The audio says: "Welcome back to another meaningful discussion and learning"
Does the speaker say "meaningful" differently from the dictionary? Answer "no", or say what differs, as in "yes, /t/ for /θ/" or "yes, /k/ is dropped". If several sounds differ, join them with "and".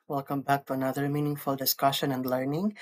no